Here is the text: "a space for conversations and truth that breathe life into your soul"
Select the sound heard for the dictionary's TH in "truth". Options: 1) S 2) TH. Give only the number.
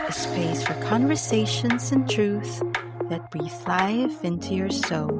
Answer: 2